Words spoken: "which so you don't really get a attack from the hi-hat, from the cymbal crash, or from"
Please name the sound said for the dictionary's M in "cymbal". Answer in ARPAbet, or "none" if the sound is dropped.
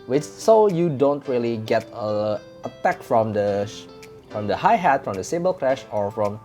none